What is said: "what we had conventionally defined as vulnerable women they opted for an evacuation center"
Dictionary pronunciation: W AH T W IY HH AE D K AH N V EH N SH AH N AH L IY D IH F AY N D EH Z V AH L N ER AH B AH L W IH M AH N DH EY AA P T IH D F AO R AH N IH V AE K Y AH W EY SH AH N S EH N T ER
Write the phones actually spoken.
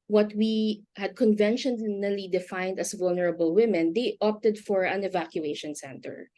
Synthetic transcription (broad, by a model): W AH T W IY HH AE D K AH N V EH N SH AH N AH L IY D IH F AY N D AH S V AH L N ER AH B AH L W IH M AH N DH EY AA P T IH D F AO R AH N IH V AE K Y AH EY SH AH N S EH N T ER